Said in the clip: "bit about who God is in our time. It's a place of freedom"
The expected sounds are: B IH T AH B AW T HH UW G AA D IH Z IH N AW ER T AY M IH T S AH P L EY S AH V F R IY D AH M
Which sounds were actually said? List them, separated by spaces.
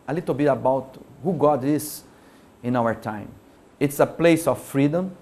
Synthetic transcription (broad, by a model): B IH T AH B AW T HH UW G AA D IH S IH N AW ER T AY M IH T S AH P L EY S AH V F R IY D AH M